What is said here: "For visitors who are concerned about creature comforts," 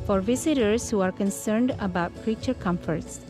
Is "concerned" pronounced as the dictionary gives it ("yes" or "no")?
yes